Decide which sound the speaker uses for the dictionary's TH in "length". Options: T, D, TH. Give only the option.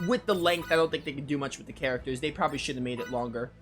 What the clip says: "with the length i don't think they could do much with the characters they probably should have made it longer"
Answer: TH